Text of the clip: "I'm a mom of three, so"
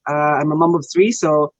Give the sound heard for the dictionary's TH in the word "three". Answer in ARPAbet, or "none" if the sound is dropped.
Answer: TH